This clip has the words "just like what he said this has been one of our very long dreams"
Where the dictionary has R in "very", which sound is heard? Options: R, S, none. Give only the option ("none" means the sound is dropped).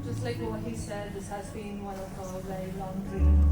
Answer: none